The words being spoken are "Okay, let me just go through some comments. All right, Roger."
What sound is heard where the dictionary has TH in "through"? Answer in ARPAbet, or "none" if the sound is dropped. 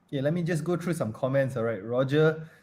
T